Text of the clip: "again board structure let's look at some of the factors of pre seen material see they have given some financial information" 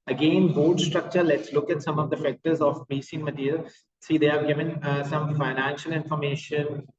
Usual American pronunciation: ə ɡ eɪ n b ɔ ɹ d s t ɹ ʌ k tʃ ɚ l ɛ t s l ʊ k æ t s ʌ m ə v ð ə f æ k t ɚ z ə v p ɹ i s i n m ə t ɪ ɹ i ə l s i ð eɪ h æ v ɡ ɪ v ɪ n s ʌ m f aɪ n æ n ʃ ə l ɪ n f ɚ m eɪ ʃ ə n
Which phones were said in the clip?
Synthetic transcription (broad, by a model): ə ɡ eɪ n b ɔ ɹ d s t ɹ ʌ k tʃ ɚ l ɛ t s l ʊ k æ t s ʌ m ə v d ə f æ k t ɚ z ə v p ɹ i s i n m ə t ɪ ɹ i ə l s i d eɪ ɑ ɡ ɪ v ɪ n s ʌ m f aɪ n æ n ʃ ə l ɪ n f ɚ m eɪ ʃ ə n